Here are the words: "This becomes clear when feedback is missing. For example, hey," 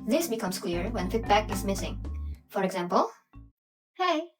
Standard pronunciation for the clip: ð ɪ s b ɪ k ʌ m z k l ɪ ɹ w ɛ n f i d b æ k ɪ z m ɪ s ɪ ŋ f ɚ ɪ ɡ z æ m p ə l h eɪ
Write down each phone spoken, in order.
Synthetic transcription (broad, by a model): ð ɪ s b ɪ k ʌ m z k l ɪ ɹ w ɛ n f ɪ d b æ k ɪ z m ɪ s ɪ ŋ f ɚ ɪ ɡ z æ m p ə l h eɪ